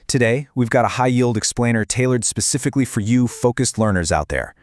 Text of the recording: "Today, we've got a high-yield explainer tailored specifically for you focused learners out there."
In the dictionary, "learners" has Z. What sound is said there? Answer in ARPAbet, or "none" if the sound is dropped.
Z